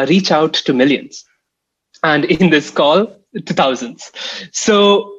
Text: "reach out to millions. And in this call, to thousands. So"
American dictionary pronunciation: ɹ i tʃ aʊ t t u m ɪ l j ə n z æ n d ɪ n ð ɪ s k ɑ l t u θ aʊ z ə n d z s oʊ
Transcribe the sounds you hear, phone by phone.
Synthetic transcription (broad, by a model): ɹ i tʃ aʊ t t u m ɪ l j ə n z æ n d ɪ n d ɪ s k ɑ l t u t aʊ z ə n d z s oʊ